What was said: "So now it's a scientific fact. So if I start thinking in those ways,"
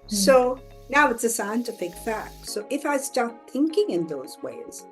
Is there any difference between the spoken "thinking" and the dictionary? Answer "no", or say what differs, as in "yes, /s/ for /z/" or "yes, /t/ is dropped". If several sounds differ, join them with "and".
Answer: no